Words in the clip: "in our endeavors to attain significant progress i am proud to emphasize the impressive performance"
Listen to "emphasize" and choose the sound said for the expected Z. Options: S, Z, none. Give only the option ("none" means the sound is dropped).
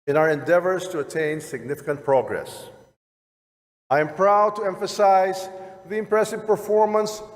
Z